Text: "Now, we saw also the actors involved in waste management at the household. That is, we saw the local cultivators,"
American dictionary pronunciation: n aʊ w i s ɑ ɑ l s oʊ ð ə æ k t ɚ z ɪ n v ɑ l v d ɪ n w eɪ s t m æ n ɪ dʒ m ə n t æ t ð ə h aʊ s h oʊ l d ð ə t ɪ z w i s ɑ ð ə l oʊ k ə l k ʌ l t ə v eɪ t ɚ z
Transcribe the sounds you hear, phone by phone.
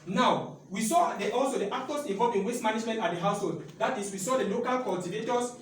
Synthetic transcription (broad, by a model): n aʊ w i s ɑ ɑ l s oʊ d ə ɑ k t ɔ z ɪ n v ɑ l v ɪ n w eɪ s m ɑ n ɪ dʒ m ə n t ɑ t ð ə h aʊ s h oʊ l d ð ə t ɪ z w i s ɑ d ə l oʊ k ə l k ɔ l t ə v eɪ t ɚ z